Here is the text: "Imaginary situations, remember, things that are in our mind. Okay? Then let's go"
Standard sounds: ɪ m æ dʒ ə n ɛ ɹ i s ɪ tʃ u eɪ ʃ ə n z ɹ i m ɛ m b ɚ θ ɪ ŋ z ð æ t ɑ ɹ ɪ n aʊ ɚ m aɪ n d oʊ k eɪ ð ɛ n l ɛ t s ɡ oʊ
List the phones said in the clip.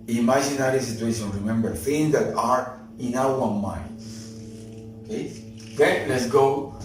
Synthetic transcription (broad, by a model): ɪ m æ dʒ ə n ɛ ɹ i s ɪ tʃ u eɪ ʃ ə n ɹ i m ɛ m b ɚ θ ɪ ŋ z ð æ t ɑ ɹ ɪ n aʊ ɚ m aɪ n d oʊ k eɪ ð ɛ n l ɛ t s ɡ oʊ